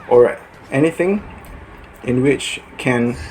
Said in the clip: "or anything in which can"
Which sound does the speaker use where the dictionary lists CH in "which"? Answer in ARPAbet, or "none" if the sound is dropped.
CH